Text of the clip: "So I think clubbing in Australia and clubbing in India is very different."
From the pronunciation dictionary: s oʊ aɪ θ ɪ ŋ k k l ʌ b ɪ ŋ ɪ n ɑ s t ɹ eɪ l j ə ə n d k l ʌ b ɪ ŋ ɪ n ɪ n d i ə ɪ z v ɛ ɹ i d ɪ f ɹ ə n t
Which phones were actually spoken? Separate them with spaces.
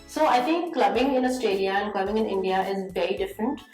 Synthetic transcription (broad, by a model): s oʊ aɪ t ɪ ŋ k k l ʌ b ɪ ŋ ɪ n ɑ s t eɪ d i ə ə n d k l ʌ b ɪ ŋ ɪ n ɪ n d i ə ɪ z v ɛ ɹ i d ɪ f ɹ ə n t